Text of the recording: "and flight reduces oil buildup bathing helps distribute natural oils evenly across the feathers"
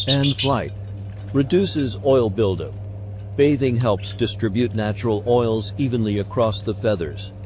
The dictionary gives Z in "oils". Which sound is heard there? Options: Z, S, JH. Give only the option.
Z